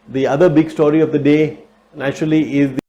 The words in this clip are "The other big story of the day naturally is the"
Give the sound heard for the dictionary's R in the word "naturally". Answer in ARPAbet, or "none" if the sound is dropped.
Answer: R